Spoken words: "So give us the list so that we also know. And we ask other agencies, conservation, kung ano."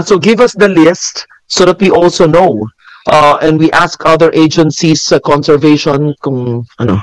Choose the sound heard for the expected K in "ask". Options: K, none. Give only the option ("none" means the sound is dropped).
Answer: K